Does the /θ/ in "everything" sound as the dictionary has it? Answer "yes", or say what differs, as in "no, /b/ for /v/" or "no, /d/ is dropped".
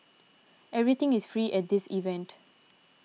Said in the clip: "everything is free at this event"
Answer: no, /t/ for /θ/